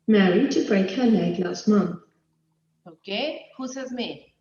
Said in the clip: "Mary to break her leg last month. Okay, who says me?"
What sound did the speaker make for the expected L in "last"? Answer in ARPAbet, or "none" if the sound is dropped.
L